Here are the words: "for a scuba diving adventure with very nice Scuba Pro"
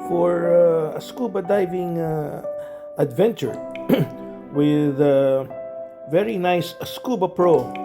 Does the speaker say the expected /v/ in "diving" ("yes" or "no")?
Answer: yes